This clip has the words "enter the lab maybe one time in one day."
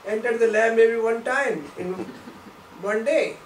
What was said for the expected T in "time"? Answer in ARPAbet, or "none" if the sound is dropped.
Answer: T